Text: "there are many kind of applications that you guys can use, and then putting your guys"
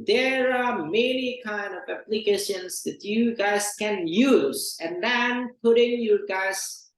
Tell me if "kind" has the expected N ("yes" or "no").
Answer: yes